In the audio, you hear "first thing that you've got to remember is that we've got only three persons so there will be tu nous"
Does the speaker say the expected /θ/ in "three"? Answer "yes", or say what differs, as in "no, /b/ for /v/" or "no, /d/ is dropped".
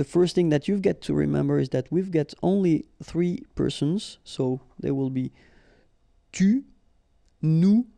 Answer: yes